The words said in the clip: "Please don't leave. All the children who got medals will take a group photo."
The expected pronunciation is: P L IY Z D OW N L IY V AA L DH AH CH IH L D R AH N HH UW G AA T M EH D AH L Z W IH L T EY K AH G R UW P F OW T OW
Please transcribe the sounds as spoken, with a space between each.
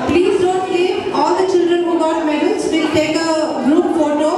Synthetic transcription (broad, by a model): P L IY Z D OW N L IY AA L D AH CH IH L D R AH N HH UW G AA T M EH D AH L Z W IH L T EY K AH G R UW P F OW T OW